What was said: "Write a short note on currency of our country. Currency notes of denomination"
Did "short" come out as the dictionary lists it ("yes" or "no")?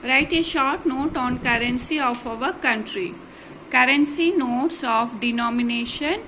yes